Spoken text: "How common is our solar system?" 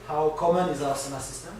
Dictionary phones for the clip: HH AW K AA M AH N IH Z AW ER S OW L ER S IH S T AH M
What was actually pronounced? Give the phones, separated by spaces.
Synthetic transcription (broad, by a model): HH AW K AA M AH N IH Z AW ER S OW N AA S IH S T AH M